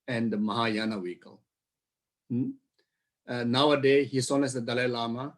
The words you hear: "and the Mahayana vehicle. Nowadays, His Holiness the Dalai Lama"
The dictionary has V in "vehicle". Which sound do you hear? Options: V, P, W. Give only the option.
W